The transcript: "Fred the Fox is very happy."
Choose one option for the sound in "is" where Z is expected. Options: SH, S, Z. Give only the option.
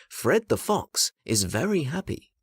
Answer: Z